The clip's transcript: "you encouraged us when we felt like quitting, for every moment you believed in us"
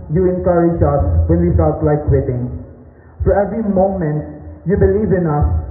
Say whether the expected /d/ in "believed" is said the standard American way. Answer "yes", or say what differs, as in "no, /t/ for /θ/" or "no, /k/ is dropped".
no, /d/ is dropped